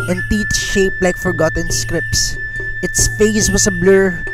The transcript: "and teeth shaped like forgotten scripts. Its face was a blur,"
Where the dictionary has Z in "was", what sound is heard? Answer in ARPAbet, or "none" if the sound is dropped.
S